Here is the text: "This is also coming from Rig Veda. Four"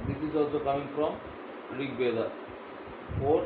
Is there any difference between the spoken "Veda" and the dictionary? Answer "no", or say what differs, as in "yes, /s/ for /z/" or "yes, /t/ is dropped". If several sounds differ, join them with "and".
yes, /b/ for /v/